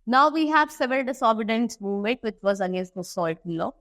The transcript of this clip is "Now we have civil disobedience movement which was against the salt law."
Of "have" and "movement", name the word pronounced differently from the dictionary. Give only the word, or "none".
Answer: movement